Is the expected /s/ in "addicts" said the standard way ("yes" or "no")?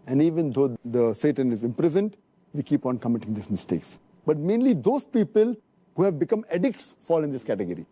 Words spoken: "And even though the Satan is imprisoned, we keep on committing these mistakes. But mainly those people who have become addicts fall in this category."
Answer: yes